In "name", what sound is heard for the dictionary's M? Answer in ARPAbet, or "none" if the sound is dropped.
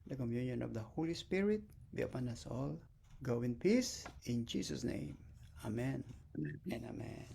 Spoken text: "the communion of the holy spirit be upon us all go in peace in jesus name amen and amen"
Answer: M